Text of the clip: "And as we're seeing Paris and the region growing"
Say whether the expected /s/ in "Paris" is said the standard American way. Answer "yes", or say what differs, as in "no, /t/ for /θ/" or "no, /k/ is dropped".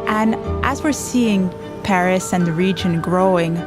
yes